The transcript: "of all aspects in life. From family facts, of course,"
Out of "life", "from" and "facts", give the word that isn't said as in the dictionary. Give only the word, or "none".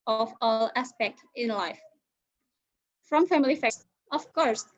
facts